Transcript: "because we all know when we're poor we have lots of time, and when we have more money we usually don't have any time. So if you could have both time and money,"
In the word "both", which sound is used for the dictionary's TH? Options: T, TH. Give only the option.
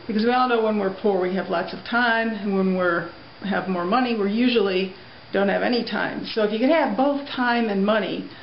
TH